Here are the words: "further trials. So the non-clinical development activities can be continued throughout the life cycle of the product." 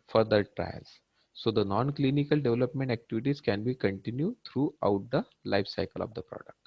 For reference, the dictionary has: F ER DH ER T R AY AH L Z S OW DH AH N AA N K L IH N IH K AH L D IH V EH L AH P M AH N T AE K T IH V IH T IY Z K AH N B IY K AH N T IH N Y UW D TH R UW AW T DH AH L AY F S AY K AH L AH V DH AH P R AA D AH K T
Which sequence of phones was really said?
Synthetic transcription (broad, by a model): F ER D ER T R AY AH L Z S OW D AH N AA N K L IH N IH K AH L D IH V EH L AH P M AH N T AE K T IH V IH T IY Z K AH N B IY K AH N T IH N Y UW D T R UW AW T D AH L AY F S AY K AH L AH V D AH P R AA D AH K T